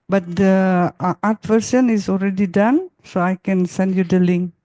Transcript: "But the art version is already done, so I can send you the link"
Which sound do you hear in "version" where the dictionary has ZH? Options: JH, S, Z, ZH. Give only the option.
S